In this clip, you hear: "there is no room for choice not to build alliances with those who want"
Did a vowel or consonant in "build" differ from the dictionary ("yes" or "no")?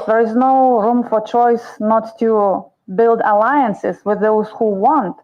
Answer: no